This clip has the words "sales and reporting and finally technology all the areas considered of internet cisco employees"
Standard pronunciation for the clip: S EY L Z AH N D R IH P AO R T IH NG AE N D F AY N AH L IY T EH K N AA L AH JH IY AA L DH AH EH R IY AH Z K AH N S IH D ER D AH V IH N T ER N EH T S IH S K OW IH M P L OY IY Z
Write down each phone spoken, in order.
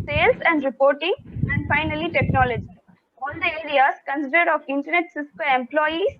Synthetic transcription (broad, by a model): S EY L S AH N D R IH P AO R T IH NG AE N D F AY N AH L IY T EH K N AA L AH JH IY AA L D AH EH R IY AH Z K AH N S IH D ER D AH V IH N T ER N EH T S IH S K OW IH M P L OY IY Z